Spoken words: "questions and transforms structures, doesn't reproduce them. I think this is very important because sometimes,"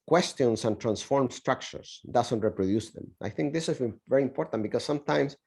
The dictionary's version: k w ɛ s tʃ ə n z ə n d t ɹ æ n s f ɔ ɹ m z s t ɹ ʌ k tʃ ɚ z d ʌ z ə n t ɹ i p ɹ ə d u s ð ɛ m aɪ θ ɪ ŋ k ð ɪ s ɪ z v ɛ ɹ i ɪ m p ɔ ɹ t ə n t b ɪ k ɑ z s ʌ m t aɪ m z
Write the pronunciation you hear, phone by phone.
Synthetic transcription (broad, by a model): k w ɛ s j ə n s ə n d t ɹ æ n s f ɔ ɹ m s t ɹ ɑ k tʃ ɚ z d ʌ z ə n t ɹ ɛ p ɹ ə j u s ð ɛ m aɪ θ ɪ ŋ k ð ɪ s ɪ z v ɛ ɹ i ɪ m p ɔ ɹ t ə n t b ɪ k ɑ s s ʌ m t aɪ m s